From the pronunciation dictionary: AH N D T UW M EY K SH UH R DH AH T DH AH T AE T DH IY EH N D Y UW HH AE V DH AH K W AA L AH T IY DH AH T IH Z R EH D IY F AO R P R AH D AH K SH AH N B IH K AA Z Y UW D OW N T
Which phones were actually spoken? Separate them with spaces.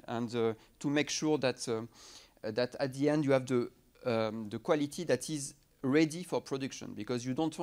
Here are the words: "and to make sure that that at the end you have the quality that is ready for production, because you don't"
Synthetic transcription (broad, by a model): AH N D T UW M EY K SH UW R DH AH T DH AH T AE T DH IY EH N D Y UW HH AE V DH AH K W AA L AH T IY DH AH T IH Z R EH D IY F AO R P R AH D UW K SH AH N B IH K AA Z Y UW D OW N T